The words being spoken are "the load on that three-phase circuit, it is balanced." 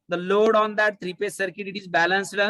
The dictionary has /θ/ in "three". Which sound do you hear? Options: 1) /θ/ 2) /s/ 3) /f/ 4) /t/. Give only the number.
4